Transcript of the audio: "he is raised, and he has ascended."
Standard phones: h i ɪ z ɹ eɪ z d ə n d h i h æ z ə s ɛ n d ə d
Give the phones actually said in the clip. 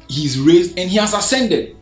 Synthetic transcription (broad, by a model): h i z ɹ eɪ z d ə n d h i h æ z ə s ɛ n d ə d